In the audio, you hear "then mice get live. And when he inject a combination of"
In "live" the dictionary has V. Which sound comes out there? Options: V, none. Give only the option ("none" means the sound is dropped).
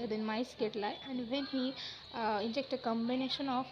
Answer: none